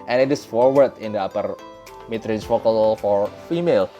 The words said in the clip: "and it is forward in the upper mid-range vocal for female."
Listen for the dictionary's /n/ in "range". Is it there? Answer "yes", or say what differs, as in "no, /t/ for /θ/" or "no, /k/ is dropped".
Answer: no, /n/ is dropped